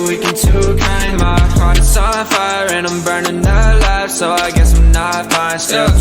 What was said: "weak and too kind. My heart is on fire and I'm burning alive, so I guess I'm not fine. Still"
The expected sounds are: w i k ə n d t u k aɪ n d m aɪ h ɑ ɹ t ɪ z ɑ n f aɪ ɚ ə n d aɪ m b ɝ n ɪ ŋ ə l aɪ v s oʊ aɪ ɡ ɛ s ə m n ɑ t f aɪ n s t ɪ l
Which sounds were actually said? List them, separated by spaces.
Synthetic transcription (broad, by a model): w i k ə n t u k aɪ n m aɪ h ɑ ɹ t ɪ s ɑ f aɪ ɚ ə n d aɪ m b ɝ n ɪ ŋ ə l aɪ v s oʊ aɪ ɡ ɛ s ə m n ɑ t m aɪ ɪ s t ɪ